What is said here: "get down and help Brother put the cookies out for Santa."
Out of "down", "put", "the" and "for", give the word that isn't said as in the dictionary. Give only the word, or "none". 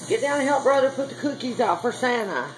down